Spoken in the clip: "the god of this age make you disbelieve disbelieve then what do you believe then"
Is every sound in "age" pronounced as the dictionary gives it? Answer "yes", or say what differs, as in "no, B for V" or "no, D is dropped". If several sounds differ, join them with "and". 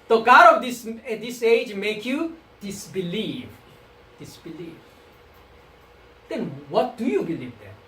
yes